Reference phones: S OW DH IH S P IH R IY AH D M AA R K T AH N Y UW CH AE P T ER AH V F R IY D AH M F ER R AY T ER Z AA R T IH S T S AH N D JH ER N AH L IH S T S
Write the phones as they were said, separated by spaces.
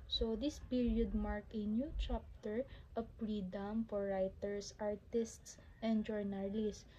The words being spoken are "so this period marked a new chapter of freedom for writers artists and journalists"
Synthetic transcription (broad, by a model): S OW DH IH S P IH R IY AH D M AA R K AH N Y UW CH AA P T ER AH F R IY D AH M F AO R AY T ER S AA R T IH S T S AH N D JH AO N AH L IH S S